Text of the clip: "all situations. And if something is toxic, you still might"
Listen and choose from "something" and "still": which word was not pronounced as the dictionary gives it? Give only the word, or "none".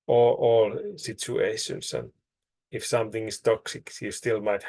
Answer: none